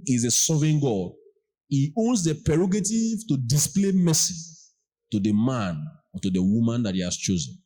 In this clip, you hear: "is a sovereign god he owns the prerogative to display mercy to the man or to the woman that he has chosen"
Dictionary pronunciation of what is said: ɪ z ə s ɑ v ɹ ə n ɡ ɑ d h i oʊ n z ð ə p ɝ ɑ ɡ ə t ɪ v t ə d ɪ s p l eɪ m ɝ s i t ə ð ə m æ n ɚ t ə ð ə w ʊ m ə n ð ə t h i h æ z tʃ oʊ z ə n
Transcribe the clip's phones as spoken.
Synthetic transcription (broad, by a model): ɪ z ə s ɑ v ə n ɡ ɑ d h i oʊ n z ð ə p ɝ ɑ ɡ ə t ɪ v t ə d ɪ s p l eɪ m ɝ s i t ə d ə m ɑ n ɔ t ə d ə w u m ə n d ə t h i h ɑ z tʃ oʊ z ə n